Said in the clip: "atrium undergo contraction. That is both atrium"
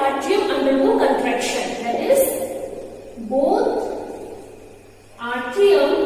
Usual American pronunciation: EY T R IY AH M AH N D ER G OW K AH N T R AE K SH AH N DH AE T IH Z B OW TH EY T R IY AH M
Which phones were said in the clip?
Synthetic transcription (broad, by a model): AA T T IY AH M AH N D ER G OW K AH N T R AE K SH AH N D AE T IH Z B OW T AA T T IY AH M